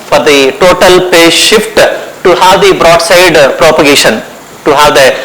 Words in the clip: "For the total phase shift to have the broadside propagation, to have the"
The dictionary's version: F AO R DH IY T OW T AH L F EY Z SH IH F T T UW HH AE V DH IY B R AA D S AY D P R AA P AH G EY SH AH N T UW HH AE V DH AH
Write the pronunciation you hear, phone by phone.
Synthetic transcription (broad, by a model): F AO R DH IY T OW T AH L P EY SH IH F T T UW HH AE V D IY B R AA D S AY D P R AA P AH G EY SH AH N T UW HH AE V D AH